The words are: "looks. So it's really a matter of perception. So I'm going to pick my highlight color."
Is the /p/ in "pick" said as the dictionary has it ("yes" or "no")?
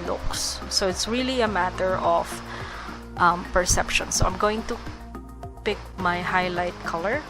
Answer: yes